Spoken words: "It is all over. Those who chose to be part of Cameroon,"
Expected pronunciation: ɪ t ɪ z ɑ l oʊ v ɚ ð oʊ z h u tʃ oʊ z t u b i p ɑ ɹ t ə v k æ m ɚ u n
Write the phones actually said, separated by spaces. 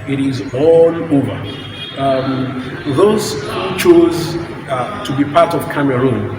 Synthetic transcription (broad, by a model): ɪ t ɪ z ɑ l oʊ v ɚ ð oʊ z h u tʃ oʊ z t u b i p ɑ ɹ t ə v k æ m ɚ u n